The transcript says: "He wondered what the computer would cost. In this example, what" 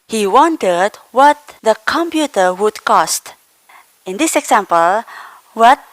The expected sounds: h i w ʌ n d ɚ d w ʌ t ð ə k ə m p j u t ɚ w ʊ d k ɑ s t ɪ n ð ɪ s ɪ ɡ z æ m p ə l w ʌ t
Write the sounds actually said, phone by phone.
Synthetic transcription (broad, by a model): h i w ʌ n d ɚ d w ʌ t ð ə k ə m p j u t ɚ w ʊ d k ɑ s t ɪ n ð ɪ s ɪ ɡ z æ m p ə l w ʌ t